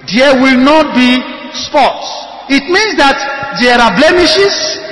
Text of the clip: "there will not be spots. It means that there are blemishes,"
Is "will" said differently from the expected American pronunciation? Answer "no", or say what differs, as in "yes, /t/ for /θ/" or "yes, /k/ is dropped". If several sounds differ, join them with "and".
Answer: no